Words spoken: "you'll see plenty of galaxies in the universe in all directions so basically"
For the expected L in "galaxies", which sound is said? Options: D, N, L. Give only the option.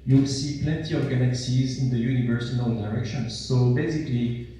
N